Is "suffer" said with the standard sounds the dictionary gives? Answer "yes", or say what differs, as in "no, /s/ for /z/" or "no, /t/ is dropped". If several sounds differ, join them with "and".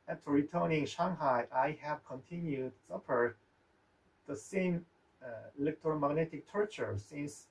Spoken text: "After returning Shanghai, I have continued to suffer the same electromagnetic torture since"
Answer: no, /p/ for /f/